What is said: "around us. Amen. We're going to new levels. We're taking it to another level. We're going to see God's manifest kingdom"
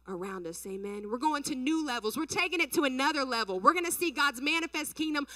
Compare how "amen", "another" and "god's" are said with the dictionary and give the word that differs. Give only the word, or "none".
none